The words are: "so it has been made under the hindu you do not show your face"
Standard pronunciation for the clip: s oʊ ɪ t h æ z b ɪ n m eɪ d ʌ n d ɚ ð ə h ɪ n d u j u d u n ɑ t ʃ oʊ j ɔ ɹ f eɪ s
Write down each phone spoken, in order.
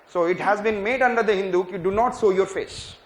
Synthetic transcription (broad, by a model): s oʊ ɪ t h æ z b ɪ n m eɪ d ʌ n d ɚ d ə h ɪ n d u j u d u n ɑ t s oʊ j ɔ ɹ f eɪ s